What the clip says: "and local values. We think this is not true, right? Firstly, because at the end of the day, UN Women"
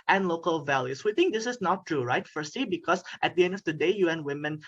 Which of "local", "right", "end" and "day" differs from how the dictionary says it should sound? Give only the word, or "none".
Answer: none